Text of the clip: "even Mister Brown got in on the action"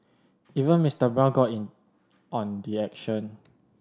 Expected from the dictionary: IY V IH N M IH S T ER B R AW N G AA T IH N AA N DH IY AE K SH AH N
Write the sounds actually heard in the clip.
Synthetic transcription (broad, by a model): IY V IH N M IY S T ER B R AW L G AA T IH N AA N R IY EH K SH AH N